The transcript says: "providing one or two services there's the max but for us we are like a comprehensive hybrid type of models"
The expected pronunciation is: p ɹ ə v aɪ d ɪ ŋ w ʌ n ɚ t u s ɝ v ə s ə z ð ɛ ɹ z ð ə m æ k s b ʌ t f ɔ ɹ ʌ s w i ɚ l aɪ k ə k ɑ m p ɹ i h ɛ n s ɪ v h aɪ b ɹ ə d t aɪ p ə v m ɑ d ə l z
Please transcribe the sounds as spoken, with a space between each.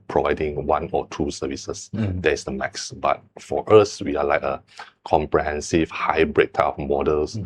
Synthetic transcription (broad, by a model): p ɹ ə v aɪ d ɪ ŋ w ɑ n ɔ t u s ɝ v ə s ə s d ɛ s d ə m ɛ k s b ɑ t f ɔ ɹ ʌ s w i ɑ l aɪ k ə k ɑ m p ɹ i h ɛ n s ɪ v h aɪ b ɹ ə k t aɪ ə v m ɑ d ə l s